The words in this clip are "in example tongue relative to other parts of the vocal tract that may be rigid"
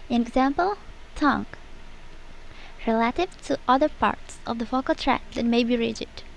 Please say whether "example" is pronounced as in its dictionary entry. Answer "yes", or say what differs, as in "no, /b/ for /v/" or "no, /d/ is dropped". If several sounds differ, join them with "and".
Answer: yes